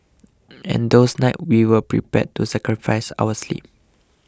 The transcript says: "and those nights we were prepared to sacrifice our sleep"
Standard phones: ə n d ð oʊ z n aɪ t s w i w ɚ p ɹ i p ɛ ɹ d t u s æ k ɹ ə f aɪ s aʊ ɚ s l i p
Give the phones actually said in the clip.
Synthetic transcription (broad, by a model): ə n d oʊ s n aɪ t w i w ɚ p ɹ i p ɛ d t u s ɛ k ɹ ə f aɪ s aʊ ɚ s l i p